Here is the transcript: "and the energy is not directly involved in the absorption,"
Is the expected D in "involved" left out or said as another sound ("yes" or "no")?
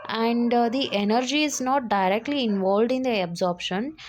no